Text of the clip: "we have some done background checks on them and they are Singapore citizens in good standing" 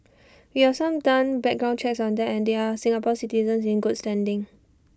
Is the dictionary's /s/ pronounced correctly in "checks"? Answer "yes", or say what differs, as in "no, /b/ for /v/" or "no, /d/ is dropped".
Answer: yes